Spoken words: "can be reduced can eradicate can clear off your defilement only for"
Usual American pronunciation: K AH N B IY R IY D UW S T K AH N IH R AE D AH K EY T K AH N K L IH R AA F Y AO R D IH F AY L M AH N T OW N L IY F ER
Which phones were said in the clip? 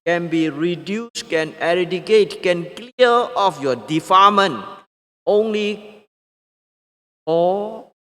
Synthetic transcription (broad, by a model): K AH N B IY R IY D UW S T K AH N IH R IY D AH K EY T K AH N K L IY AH AA F Y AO D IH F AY M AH N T OW N L IY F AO